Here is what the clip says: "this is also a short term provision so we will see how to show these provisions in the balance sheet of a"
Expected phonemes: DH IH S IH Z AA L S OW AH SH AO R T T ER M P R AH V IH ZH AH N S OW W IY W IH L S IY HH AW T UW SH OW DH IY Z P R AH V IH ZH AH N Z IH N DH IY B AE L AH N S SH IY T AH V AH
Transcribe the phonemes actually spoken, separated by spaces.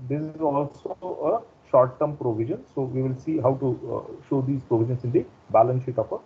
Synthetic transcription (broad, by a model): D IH S IH Z AA L S OW AH SH AO R T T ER M P R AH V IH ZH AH N S OW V IY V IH L S IY HH AW T UW SH OW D IY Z P R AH V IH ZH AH N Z IH N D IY B AE L AH N S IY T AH F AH